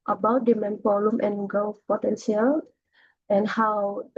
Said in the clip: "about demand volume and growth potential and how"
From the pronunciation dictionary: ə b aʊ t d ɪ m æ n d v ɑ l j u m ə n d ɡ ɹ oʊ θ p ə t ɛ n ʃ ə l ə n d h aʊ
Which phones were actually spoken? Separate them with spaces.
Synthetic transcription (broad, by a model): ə b aʊ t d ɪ m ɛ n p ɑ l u m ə n ɡ oʊ p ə t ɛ n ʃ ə l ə n h aʊ